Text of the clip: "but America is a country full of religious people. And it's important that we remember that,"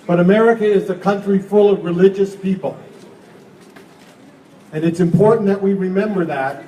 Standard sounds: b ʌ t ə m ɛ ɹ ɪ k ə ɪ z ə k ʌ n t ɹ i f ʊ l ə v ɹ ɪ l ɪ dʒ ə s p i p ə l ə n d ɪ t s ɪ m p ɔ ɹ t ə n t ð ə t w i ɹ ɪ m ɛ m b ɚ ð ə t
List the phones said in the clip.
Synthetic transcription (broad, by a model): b ʌ t ə m ɛ ɹ ɪ k ə ɪ z ə k ʌ n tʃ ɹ i f ʊ l ə v ɹ ɪ l ɪ dʒ ə s p i p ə l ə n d ɪ t s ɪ m p ɔ ɹ t n ð ə t w i ɹ ɪ m ɛ m b ɚ ð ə t